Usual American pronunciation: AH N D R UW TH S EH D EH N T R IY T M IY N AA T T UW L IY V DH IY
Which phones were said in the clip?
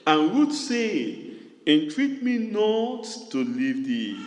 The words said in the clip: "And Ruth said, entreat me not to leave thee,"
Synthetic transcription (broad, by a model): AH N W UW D S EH EH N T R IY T M IY N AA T T UW L IY V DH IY